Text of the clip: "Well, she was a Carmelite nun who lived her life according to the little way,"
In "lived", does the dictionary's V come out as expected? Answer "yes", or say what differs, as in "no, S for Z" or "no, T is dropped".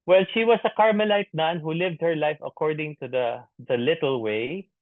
yes